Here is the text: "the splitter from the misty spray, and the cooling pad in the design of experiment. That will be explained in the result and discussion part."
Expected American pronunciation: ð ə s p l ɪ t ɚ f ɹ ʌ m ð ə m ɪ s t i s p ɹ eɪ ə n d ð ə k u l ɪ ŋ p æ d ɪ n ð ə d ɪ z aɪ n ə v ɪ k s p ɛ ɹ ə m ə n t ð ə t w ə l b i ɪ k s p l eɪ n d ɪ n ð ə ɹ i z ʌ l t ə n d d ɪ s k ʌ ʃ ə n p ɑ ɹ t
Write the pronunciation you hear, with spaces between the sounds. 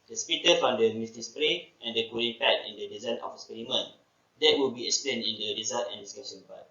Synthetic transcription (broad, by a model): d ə s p i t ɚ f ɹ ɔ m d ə m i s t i s p ɹ eɪ ə n d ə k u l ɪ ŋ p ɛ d ɪ n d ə d ɪ z aɪ n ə f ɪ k s p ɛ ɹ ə m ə n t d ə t w ə l b i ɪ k s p l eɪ n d ɪ n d ə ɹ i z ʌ t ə n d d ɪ s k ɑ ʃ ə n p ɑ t